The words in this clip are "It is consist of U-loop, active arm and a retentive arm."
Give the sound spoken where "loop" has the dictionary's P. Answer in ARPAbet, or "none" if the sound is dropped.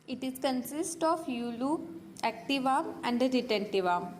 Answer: none